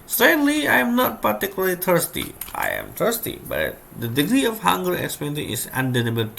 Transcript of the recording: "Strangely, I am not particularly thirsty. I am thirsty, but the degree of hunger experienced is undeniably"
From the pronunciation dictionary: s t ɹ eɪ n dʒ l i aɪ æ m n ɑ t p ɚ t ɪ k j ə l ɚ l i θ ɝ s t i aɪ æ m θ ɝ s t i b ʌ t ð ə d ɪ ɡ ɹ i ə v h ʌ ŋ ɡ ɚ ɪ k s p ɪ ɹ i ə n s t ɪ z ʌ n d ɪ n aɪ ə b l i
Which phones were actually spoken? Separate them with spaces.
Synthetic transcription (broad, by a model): s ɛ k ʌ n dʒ l i aɪ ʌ m n ɑ t p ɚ t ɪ k j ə l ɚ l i t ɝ s t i aɪ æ m t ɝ s t i b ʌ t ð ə d ɪ ɡ ɹ i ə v h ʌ ŋ ɡ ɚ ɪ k s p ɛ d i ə s ɪ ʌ n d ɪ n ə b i